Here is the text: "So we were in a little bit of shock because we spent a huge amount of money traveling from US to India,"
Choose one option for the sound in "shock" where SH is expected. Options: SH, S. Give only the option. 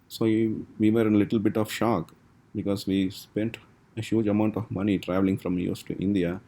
SH